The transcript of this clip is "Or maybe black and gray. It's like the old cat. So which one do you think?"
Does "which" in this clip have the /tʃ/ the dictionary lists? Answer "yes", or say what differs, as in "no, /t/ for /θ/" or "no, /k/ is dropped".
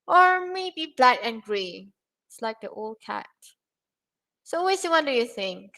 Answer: no, /s/ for /tʃ/